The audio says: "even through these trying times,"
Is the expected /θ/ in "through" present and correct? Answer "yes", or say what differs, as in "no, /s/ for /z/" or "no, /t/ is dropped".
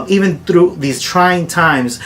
yes